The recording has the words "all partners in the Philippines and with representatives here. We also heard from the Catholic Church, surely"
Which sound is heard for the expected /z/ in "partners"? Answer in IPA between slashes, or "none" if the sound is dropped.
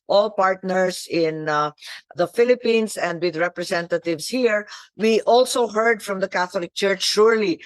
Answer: /s/